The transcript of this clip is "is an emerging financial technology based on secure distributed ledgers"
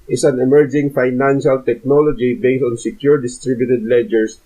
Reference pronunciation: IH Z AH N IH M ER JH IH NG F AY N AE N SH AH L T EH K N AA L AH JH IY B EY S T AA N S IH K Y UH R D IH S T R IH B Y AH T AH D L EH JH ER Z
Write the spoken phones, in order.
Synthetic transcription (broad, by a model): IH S AH N IH M ER JH IH NG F AY N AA N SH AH L T EH K N AA L AH JH IY B EY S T AA N S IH K Y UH R D IH S T R IH B Y AH T AH D L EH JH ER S